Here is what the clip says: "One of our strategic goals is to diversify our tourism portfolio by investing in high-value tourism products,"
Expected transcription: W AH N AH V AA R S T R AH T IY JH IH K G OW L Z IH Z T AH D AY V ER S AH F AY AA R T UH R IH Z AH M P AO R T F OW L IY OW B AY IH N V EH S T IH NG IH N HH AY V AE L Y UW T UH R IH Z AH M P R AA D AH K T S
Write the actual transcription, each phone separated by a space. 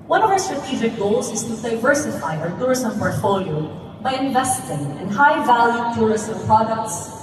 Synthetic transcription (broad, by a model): W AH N AH V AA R S T R AH T IY JH IH K G OW L Z IH Z T AH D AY V ER S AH F AY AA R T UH R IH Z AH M P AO R T F OW L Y OW B AY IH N V EH S T IH NG IH N HH AY V AE L Y UW T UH R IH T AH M P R AA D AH K T S